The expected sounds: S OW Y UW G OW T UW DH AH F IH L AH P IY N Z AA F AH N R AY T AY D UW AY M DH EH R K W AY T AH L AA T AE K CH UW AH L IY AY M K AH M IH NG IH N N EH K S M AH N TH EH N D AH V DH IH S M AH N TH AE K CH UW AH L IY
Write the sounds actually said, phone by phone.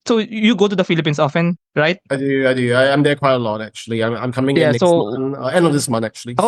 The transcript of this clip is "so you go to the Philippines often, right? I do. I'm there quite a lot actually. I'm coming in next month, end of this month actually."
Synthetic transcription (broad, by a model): S OW Y UW G OW T UW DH AH F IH L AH P IY N S AA F AH N R AY T AY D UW AY M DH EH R K W AY T AH L AA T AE K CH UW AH L IY AY M K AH M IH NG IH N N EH S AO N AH EH N D AH V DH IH S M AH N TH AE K CH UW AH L IY